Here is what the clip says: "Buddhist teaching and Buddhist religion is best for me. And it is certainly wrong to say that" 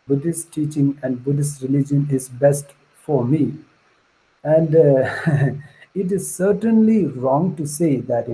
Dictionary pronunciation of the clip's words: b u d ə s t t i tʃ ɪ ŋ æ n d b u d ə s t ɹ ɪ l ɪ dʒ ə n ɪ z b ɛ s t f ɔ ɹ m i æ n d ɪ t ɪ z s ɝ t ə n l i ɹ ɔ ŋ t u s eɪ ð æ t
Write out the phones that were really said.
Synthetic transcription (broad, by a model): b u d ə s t t i tʃ ɪ ŋ æ n d b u d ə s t ɹ ɪ l ɪ dʒ ə n ɪ z b ɛ s t f ɔ ɹ m i æ n d ɪ t ɪ z s ɝ t ə n l i ɹ ɔ ŋ t u s eɪ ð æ t